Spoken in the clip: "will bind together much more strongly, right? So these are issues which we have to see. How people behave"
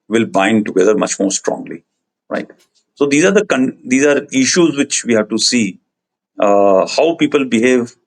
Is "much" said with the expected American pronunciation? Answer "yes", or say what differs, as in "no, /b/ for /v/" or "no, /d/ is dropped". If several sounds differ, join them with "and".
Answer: yes